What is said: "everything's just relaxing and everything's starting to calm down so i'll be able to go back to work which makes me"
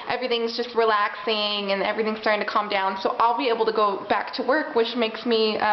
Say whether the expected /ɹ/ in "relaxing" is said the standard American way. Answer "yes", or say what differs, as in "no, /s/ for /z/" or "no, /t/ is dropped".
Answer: yes